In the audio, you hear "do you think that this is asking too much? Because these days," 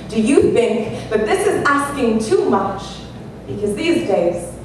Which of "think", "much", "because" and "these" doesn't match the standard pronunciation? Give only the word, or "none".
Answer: none